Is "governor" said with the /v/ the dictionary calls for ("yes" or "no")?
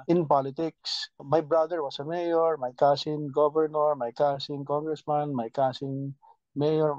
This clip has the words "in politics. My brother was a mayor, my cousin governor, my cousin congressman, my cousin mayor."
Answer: no